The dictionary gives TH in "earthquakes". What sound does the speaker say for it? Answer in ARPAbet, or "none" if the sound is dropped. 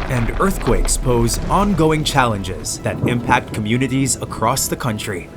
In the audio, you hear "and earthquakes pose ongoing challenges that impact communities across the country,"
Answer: TH